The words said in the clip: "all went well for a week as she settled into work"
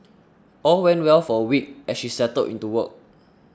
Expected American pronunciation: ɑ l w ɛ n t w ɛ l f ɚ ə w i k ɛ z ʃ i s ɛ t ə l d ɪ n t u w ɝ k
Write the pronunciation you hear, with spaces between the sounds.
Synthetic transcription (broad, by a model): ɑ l w ɛ n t w ɛ l f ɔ ə w i k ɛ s ʃ i s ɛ t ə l ɪ n t u w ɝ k